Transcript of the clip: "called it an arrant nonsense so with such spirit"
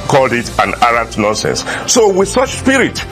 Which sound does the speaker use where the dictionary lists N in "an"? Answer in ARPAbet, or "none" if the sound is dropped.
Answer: N